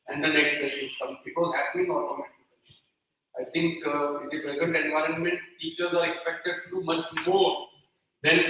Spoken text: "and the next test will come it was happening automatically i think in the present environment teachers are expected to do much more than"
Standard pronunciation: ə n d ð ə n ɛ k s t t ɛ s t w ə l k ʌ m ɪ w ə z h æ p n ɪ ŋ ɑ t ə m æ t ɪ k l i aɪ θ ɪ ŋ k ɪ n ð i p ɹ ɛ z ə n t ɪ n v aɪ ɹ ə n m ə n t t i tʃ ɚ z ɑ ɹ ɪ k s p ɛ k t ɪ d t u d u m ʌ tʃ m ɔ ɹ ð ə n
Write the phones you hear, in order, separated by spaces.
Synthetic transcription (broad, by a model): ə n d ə n ɛ k s t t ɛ t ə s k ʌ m ɪ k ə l h æ p n ɪ ŋ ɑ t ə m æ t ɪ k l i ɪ t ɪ ŋ k ɪ n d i p ɹ ɛ z ə n t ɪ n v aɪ ɹ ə n m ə n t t i tʃ ɚ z ɑ ɹ ɪ k s p ɛ k t ɪ d t u d u m ʌ tʃ m ɔ ɹ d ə n